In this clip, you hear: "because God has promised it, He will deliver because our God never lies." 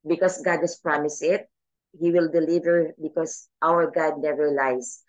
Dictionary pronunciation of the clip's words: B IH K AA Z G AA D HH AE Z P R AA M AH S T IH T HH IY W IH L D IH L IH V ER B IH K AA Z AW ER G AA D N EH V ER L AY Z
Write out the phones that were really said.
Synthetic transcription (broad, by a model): B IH K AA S G AA D HH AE S P R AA M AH S IH T HH IY W IH L D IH L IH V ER B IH K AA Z AW ER G AA D N EH V ER L AY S